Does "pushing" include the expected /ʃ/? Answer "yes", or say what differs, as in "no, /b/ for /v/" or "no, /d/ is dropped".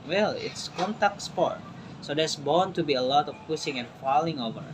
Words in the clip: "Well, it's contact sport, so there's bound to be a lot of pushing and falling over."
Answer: no, /s/ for /ʃ/